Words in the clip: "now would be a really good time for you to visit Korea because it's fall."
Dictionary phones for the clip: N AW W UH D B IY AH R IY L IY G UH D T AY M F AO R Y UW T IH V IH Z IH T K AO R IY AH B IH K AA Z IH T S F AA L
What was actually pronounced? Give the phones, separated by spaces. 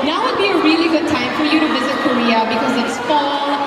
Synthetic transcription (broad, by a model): N AW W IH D B IY AH R IY L IY G UH D T AY M F AO R Y UW T IH V IH Z IH T K AO R IY AH B IH K AA Z IH T S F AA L